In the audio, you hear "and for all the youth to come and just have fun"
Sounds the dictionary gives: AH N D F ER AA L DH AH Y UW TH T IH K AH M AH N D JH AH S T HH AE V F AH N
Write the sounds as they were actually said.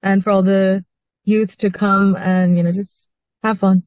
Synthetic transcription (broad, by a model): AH N F ER AA L DH AH Y UW TH T IH K AH M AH N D JH AH S T HH AE V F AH N